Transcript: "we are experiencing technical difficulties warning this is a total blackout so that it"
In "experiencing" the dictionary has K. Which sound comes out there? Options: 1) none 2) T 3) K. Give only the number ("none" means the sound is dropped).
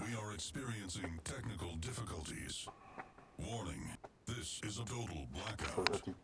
3